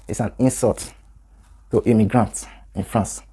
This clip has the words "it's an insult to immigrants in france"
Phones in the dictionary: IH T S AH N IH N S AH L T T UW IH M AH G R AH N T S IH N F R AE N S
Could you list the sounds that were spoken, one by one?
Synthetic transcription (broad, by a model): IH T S AH N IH N S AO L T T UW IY M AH G R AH N T IH N F R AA N S